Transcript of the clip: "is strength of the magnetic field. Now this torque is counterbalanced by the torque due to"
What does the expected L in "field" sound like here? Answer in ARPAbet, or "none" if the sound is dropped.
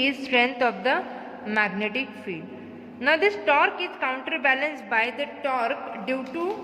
none